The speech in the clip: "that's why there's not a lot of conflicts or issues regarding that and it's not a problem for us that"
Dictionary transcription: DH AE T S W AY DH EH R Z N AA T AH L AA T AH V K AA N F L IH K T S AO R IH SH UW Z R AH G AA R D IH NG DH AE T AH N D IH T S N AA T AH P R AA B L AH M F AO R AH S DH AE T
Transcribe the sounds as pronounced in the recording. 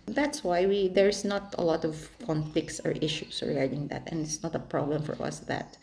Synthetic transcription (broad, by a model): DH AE T S W AY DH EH R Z N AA T AH L AA T AH V K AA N F L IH K T S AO R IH SH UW S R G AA R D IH NG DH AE T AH N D IH T S N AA T AH P R AA B L AH M F AO R AH S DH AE T